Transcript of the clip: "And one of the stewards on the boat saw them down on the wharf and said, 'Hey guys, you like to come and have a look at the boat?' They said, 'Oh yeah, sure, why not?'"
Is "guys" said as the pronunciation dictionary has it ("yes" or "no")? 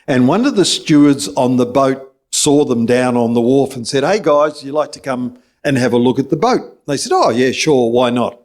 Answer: yes